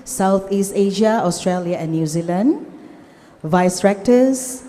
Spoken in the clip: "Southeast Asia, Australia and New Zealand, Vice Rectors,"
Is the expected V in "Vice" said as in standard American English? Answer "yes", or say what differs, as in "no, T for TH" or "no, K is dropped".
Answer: yes